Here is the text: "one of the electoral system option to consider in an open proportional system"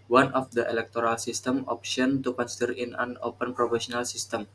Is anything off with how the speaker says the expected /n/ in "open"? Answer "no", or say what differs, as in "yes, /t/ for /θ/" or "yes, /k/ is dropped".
no